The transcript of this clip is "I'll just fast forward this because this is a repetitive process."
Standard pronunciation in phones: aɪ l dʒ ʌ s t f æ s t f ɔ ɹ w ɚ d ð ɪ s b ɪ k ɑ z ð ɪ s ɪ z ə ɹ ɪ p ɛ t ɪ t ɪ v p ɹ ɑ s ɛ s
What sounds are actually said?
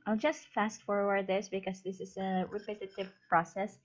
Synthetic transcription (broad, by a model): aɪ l dʒ ʌ s t f æ s t f ɔ ɹ w ɚ d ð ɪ s b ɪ k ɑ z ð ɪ s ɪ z ə ɹ ɪ p ɛ t ɪ t ɪ v p ɹ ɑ s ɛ s